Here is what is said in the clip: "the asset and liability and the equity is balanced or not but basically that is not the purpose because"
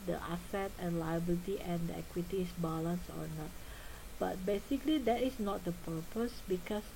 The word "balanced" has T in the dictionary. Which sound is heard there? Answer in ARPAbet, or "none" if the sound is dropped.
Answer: none